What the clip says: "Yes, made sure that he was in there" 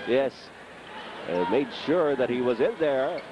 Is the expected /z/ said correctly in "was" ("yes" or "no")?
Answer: yes